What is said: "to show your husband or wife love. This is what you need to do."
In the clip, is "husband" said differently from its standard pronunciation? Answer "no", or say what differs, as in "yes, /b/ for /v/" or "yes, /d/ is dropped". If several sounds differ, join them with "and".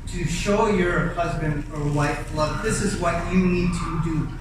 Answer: no